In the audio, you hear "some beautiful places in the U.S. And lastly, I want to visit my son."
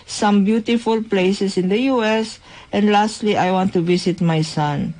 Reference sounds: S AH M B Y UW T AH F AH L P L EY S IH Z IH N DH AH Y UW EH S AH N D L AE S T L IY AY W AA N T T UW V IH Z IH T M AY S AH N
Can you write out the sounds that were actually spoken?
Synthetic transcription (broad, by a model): S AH M B Y UW T AH F AH L P L EY S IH S IH N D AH Y UW EH S AH N D L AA S T L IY AY W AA N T T UW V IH S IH T M AY S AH N